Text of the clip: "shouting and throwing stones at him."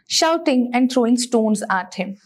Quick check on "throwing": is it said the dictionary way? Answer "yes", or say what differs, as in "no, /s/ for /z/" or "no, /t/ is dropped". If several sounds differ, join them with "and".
no, /t/ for /θ/